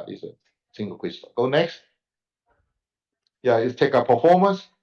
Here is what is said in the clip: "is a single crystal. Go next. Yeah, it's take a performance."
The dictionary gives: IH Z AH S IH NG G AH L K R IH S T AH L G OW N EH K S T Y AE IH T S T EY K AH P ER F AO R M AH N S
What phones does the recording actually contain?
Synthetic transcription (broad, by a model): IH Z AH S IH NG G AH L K IH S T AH G OW N EH K S T Y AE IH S T EY K AH P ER F AO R M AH N S